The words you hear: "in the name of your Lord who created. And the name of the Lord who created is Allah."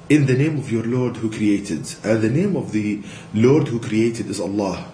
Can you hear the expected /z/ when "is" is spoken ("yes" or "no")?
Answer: yes